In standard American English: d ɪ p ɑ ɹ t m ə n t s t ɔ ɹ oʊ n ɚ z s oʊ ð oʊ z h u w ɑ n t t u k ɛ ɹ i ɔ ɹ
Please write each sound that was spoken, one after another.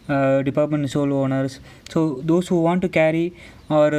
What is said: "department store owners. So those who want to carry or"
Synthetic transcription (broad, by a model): d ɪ p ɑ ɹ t m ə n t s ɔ l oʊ n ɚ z s oʊ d oʊ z h u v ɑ n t t u k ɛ ɹ i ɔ ɹ